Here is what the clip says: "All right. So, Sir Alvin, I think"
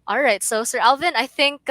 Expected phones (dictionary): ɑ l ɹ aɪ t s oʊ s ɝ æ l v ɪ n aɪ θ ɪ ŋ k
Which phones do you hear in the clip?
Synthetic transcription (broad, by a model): ɑ l ɹ aɪ t s oʊ s ɝ æ l v ɪ n aɪ θ ɪ ŋ k